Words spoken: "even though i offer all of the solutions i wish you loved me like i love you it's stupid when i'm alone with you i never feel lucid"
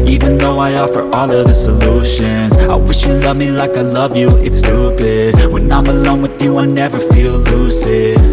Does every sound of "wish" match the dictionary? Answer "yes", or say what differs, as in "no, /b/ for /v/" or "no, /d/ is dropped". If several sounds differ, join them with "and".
yes